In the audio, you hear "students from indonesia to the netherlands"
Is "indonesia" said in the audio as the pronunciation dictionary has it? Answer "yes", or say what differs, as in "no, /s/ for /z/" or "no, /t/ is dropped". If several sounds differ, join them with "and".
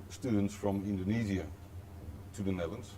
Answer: no, /z/ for /ʒ/